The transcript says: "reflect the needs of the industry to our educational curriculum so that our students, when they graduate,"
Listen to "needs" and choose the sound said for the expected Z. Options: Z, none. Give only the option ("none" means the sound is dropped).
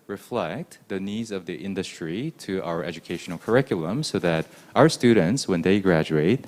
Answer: Z